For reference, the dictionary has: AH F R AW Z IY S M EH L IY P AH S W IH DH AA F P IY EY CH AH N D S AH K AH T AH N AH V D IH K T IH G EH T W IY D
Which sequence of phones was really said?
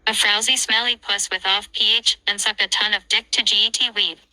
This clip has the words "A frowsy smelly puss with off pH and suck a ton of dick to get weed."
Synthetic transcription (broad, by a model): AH F R AW Z IY S M EH L IY P AH S W IH DH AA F P IY EY CH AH N S AH K AH T AH N AH V D IH K T IH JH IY T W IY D